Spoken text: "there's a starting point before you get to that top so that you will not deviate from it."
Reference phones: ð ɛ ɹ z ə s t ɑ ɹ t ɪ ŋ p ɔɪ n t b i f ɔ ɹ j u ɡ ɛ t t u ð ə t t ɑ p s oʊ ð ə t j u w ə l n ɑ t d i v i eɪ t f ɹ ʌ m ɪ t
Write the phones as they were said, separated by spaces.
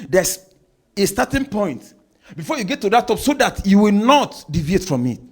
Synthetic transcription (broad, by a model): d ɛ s ə s t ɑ t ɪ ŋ p ɔɪ n t b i f ɔ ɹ j u ɡ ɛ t t u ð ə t t ɑ p s oʊ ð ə t j u w ə l n ɑ t d i v i eɪ t f ɹ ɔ m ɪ t